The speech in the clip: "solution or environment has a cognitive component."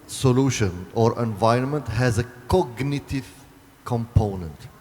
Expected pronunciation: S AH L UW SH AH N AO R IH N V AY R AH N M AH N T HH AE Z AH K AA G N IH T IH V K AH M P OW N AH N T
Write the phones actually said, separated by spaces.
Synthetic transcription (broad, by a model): S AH L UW SH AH N AO R IH N V AY R AH N M AH N T HH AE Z AH K AA G N IH T IH V K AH M P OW N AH N T